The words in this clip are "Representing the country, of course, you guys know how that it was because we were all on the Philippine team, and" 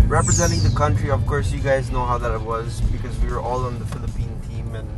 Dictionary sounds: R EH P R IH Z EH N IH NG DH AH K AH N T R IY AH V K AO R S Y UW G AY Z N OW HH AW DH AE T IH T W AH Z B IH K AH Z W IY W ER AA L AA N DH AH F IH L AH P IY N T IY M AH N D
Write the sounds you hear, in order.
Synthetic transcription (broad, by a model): R EH P R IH Z EH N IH NG DH AH K AH N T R IY AH V K AO R S Y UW G AY Z N OW HH AW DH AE T IH T W AH Z B IH K AH Z W IY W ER AA L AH N DH AH F IH L AH P IY N T IY M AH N